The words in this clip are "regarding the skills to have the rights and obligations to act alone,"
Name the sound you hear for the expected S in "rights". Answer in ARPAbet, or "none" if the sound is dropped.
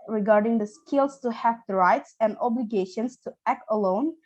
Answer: S